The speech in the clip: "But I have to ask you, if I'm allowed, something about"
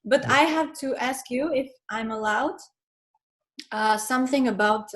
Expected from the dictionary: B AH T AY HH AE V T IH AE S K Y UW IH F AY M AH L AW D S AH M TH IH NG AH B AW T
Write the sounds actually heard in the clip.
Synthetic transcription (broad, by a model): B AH T AY HH AE V T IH AE S K Y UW IH F AY M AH L AW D S AH M TH IH NG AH B AW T